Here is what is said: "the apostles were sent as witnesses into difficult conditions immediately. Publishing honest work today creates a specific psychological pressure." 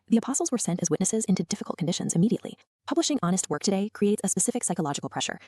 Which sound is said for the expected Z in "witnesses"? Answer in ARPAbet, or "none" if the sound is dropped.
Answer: Z